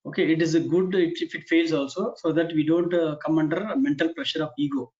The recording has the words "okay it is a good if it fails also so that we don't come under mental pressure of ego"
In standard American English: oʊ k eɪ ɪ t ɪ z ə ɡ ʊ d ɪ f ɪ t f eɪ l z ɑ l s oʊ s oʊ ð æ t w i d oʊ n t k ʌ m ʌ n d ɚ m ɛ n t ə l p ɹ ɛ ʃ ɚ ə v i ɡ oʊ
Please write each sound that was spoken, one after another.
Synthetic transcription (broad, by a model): oʊ k eɪ ɪ t ɪ z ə ɡ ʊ d ɪ f ɪ t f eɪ l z ɑ l s oʊ s oʊ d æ t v i d oʊ n t k ʌ m ʌ n d ɚ m ɛ n t ə l p ɹ ɛ ʃ ɚ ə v i ɡ oʊ